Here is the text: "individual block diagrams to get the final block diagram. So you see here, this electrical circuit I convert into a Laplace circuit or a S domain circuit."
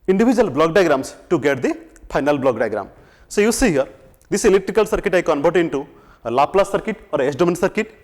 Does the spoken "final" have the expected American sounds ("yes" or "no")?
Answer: no